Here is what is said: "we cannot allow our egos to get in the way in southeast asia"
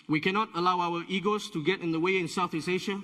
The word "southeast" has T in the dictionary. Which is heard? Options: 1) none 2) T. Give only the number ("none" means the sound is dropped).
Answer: 1